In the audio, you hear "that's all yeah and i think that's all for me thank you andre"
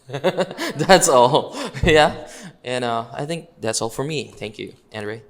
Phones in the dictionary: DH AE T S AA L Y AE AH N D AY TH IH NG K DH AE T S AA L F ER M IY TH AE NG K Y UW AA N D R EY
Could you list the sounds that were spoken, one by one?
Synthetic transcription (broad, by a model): DH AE T S AA L Y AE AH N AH AY TH IH NG K DH AE T S AA L F ER M IY TH AE NG K Y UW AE N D R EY